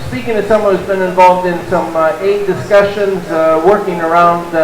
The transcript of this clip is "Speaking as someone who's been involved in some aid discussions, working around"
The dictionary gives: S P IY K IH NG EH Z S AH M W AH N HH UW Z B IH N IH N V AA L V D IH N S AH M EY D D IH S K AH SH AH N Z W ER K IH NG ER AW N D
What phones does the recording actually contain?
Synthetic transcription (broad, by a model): S P IY K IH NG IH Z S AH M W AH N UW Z B IH N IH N V AA L V D IH N S AH M EY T D IH S K AH SH AH N Z W ER K IH NG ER AW N D